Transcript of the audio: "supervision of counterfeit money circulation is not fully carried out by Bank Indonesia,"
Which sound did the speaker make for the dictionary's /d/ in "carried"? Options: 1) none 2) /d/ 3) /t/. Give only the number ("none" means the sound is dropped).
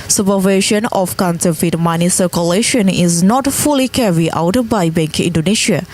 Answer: 1